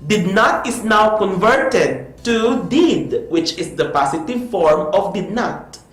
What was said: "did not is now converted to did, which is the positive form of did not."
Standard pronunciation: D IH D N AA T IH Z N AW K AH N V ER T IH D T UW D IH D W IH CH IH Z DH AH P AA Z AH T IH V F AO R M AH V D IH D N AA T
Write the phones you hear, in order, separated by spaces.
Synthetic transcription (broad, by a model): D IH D N AA T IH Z N AW K AH N V ER T IH D T UW D IH D W IH CH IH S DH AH P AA S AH T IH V F AO R M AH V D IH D N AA T